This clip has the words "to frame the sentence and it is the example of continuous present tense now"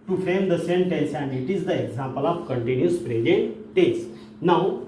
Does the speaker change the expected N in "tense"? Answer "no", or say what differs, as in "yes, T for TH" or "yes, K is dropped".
yes, N is dropped